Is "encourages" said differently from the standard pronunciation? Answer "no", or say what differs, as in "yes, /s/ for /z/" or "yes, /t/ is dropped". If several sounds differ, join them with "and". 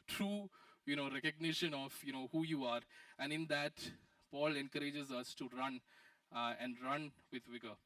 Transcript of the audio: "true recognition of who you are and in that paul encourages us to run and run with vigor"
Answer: no